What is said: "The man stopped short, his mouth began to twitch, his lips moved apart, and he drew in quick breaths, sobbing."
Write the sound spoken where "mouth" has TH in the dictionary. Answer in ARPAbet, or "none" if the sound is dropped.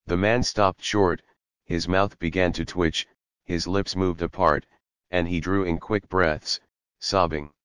TH